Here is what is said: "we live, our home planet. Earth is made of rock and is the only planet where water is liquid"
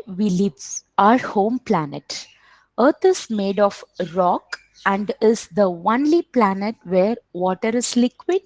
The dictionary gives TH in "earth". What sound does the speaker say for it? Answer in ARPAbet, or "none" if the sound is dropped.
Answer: T